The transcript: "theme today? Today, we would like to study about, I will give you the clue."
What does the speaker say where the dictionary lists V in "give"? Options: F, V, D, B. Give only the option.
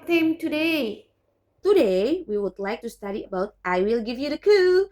V